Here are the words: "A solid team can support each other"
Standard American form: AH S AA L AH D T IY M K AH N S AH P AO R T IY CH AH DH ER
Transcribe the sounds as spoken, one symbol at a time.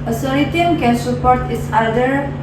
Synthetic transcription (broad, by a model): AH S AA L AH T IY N K AH N S AH P AO R T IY S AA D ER